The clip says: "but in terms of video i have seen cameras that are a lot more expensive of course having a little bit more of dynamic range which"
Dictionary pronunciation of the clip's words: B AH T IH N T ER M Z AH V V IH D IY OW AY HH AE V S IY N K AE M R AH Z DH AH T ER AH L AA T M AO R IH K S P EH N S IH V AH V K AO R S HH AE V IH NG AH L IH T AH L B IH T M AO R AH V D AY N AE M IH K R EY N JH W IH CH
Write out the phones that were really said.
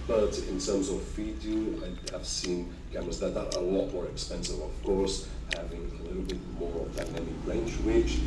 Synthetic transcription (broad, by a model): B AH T IH N T ER M Z AH V F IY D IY AY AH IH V S IY N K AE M AH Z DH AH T ER AH L AA T M AO R IH K S P EH N S IH V AH V K AO R S HH AE V IH NG AH L IH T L B IH T M AO R AH V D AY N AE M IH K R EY N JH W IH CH